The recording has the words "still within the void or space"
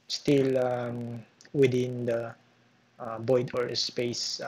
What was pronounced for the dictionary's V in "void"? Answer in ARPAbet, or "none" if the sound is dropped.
B